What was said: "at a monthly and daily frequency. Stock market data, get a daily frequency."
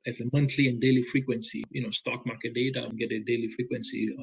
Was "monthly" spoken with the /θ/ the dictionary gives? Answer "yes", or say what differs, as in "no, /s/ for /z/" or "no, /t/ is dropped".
no, /t/ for /θ/